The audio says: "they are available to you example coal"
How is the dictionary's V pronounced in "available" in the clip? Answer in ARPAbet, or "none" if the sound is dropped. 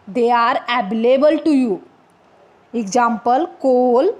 B